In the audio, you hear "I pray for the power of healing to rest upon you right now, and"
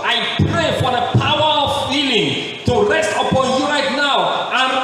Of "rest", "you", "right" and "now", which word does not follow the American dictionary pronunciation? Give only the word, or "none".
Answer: none